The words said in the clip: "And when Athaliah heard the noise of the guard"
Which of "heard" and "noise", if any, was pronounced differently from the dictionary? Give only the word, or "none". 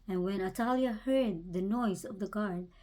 none